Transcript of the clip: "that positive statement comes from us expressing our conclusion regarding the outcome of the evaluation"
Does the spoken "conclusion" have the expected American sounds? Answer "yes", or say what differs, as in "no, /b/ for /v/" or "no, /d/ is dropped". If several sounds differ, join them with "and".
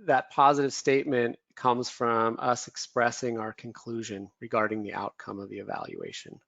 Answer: yes